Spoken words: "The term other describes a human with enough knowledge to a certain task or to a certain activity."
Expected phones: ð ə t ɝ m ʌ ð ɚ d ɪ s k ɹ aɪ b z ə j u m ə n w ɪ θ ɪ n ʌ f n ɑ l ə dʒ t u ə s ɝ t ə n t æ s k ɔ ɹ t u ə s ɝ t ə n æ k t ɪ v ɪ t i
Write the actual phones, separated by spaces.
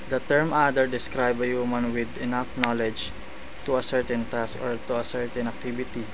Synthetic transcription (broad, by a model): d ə t ɝ m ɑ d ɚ d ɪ s k ɹ aɪ b ə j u m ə n w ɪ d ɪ n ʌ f n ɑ l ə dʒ t u ə s ɝ t ə n t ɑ s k ɔ ɹ t u ə s ɝ t ə n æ k t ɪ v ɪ t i